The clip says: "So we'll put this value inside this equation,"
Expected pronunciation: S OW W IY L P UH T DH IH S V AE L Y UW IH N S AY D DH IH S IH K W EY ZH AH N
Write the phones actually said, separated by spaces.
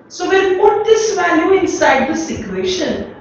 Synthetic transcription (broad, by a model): S OW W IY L P UH T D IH S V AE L Y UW IH N S AY D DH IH S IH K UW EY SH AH N